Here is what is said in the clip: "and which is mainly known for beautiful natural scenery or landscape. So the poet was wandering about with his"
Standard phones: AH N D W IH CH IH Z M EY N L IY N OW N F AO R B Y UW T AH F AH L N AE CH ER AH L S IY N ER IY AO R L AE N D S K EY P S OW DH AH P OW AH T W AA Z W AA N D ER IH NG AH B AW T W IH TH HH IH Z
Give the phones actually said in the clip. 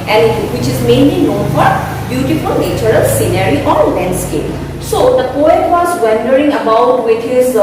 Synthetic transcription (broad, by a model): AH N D W IH CH IH Z M EY N L IY N OW N F AO R B Y UW T AH F AH L N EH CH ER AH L S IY N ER IY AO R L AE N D S K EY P S OW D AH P OW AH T W AA Z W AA N D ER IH NG AH B AW T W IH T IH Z